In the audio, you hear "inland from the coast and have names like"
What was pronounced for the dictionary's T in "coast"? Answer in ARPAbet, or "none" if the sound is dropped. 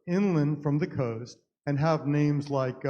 T